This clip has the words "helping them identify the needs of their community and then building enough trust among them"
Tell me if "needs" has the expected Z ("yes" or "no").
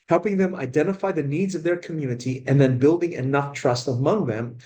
yes